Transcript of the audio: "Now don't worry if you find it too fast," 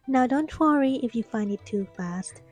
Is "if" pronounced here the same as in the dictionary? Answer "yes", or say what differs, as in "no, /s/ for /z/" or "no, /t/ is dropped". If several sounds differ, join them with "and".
yes